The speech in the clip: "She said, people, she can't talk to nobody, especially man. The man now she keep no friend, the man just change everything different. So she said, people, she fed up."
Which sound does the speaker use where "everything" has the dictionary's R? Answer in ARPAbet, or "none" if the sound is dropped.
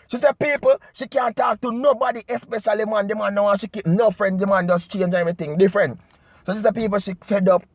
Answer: none